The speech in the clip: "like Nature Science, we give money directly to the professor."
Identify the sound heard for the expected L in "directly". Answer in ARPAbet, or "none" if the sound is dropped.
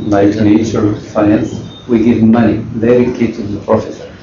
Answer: none